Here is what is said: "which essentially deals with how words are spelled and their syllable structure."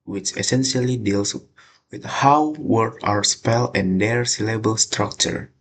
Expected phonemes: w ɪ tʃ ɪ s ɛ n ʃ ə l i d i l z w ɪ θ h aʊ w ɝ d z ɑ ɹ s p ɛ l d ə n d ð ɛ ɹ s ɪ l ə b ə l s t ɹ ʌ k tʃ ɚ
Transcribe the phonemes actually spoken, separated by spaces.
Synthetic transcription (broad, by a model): w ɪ tʃ ɪ s ɛ n ʃ ə l i d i l s w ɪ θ h aʊ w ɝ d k ɑ ɹ s p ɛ l ə n d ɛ ɹ s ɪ l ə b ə l s t ɹ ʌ k tʃ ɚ